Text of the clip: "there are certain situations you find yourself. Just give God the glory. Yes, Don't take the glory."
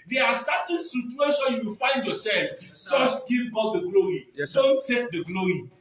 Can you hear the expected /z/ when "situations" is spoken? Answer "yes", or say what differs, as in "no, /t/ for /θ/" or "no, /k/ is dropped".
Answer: no, /z/ is dropped